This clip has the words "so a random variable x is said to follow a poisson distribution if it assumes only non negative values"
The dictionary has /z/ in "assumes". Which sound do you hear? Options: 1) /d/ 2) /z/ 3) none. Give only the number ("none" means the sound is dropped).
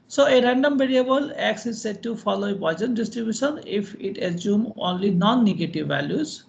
3